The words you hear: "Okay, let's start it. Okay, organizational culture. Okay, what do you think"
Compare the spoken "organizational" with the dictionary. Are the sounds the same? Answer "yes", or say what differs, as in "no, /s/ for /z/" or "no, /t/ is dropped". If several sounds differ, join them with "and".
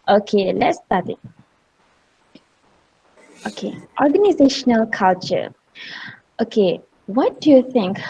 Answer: yes